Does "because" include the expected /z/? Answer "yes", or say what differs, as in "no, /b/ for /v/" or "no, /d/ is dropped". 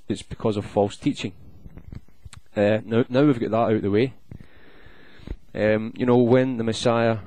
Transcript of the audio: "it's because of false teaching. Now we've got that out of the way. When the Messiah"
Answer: yes